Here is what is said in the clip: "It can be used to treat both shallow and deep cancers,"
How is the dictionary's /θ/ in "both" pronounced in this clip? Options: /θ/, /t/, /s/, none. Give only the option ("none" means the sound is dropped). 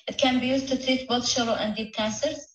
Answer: /t/